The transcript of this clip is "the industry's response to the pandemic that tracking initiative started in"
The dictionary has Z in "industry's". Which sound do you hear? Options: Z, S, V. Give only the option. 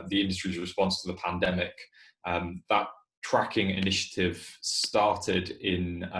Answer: Z